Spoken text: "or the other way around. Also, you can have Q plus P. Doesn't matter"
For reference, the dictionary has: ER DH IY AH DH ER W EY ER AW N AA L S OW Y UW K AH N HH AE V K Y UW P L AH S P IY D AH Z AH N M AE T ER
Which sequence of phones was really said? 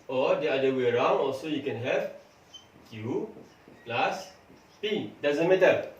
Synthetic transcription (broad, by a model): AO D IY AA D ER W EY ER AW N AA L S OW Y UW K AH N HH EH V K Y UW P L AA S P IY D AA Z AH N M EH T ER